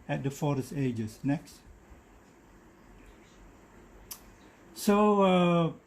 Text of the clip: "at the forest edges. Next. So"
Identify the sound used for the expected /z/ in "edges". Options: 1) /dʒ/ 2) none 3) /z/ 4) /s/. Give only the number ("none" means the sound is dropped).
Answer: 4